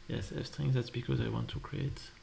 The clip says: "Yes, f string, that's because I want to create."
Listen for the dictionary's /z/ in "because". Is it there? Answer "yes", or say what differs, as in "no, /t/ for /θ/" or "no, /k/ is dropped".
yes